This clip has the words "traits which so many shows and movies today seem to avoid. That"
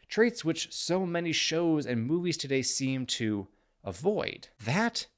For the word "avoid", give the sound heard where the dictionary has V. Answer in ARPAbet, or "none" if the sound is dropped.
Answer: V